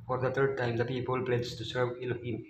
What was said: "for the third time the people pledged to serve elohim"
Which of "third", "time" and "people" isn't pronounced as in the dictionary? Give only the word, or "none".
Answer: third